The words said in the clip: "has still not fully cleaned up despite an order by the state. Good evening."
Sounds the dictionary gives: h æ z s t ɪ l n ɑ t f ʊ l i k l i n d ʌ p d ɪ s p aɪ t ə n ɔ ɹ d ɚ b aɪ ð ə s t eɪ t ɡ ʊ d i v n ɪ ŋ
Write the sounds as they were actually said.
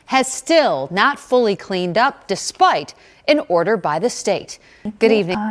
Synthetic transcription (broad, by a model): h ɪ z s t ɪ l n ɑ t f ʊ l i k l i n d ʌ p d ɪ s p aɪ t ə n ɔ ɹ d ɚ b aɪ ð ə s t eɪ t ɡ ʊ d i v n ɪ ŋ